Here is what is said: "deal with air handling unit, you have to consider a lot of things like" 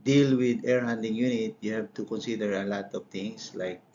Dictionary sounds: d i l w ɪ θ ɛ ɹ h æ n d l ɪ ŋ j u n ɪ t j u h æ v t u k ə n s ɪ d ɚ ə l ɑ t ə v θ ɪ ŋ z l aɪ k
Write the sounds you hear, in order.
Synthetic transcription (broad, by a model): d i l w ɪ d ɛ ɹ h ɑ n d ɪ ŋ j u n ɪ t j u h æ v t u k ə n s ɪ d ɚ ə l ɑ t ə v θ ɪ ŋ s l aɪ k